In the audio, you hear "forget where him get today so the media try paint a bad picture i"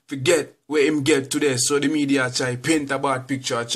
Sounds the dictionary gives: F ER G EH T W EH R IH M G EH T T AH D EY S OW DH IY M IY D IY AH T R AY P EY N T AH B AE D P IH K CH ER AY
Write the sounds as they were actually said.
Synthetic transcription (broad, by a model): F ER G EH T W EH IH M G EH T T AH D EY S OW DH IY M IY D IY AH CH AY P EY N T AH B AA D P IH K CH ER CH